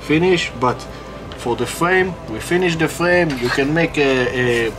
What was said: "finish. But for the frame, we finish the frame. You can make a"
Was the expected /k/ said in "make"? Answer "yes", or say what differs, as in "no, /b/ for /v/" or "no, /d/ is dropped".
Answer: yes